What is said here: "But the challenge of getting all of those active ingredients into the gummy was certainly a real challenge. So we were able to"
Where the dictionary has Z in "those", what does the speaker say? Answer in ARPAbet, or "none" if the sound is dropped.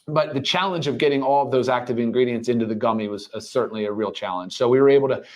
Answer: Z